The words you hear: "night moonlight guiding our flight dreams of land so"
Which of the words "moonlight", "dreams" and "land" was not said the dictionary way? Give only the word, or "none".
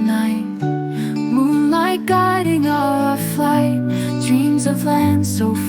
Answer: none